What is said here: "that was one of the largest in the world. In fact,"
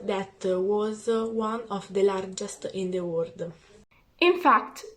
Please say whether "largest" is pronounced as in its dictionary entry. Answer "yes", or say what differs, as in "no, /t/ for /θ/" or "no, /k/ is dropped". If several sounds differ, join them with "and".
yes